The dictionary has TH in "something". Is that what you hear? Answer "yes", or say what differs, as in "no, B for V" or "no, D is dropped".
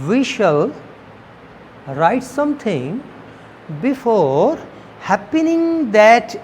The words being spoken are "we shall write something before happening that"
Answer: no, T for TH